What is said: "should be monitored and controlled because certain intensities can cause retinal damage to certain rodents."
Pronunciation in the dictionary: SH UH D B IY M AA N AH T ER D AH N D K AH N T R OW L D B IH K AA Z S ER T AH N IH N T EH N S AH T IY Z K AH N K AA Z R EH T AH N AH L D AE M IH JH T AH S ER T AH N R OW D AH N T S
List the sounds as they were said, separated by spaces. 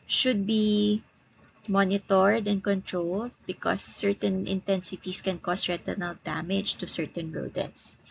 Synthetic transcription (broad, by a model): SH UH D B IY M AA N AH T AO D AH N D K AH N T R OW L D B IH K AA S ER T AH N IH N T EH N S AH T IY S K AH N K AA S R EH T AH N AH L D AE M IH JH T AH S ER T AH N R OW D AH N S